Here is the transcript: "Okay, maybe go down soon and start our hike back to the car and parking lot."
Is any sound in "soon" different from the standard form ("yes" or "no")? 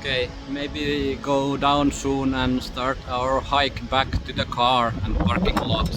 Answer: no